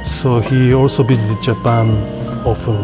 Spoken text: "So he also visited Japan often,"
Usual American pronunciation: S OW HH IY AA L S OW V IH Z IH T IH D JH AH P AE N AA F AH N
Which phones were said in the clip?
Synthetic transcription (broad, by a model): S OW HH IY AA L S OW B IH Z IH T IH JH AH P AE N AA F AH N